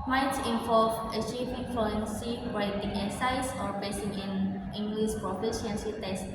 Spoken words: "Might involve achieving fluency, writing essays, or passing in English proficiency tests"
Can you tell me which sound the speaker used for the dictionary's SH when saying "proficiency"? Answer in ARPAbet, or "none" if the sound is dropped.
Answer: S